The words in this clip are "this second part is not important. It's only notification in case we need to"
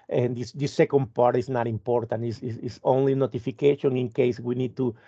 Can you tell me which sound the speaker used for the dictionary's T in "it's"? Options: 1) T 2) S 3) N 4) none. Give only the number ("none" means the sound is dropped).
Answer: 2